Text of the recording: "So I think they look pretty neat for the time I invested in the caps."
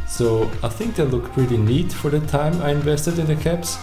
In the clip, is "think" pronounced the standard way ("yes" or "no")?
yes